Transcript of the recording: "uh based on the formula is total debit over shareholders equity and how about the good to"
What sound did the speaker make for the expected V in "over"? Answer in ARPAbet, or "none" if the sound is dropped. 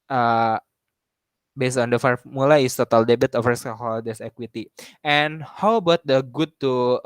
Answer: F